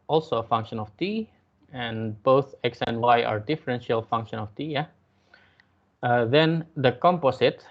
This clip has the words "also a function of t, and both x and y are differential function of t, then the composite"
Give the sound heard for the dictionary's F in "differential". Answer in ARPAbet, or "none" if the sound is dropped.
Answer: F